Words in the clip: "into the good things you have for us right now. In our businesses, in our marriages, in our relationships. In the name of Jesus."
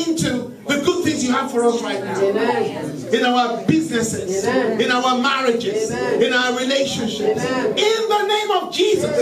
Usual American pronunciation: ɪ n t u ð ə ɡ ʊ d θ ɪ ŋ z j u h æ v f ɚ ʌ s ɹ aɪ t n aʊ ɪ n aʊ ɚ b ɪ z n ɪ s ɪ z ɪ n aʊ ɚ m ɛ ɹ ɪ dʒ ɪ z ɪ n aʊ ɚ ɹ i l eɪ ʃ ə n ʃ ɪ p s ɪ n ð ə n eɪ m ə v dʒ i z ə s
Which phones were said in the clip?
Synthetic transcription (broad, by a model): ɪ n t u ð ə ɡ ʊ d θ ɪ ŋ z j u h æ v f ɚ ʌ s ɹ aɪ t n aʊ ɪ n aʊ ɚ b ɪ z n ɪ s ɪ z ɪ n aʊ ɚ m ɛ ɹ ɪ dʒ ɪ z ɪ n aʊ ɚ ɹ i l eɪ ʃ ə n ʃ ɪ p s ɪ n ð ə n eɪ m ə v dʒ i z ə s